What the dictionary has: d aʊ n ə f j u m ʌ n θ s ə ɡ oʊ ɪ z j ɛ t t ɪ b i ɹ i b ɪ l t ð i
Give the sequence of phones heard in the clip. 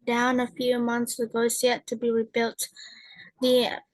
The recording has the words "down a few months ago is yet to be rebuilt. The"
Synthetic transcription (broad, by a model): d aʊ n ə f j u m ʌ n θ s ə ɡ oʊ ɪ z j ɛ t t ɪ b i ɹ i b ɪ l t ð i